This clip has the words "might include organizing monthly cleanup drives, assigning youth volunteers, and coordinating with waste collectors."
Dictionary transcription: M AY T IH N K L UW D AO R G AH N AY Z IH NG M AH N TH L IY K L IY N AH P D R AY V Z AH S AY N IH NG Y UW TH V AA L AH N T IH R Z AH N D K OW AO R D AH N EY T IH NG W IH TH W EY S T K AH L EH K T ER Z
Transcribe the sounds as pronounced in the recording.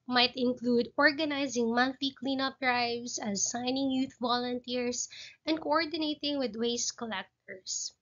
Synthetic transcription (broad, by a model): M AY T IH N K L UW D AO R G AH N AY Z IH NG M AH N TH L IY K L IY N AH P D R AY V S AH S AY N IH NG Y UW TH V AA L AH N T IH R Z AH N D K OW AO R D AH N EY T IH NG W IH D W EY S K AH L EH K T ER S